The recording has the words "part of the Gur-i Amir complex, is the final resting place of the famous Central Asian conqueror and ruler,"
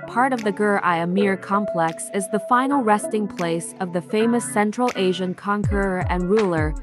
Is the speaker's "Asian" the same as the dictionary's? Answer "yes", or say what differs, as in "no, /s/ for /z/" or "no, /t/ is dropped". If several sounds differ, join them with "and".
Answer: yes